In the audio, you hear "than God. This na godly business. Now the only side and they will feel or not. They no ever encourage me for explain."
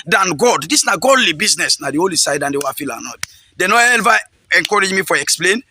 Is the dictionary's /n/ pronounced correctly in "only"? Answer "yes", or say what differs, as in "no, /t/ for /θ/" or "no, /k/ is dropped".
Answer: no, /n/ is dropped